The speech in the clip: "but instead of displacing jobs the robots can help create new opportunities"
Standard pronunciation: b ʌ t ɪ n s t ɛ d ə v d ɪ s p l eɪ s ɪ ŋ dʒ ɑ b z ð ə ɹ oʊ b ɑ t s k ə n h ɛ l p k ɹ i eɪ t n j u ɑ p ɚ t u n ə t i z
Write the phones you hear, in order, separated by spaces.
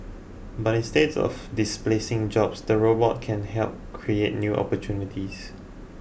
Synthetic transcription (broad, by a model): b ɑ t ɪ n s t ɛ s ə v d ɪ s p l eɪ s ɪ ŋ dʒ ɑ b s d ə ɹ oʊ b ɑ t k ə n h ɛ l p k ɹ i eɪ t n j u ɑ p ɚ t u n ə t i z